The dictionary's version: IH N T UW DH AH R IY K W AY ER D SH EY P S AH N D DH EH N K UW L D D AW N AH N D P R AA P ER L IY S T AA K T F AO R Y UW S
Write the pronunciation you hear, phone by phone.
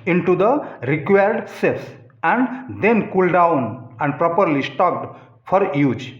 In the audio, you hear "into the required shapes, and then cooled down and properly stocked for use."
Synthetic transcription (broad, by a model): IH N T UW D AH R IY K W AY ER D S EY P S AH N D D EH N K UW L D D AW N AH N D P R AA P ER L IY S T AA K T F AO R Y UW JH